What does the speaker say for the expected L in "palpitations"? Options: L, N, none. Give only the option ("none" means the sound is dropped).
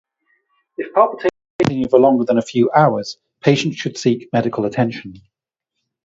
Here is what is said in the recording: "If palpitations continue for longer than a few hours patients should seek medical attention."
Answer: none